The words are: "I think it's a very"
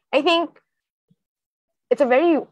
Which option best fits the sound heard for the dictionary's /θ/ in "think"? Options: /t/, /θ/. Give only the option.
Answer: /θ/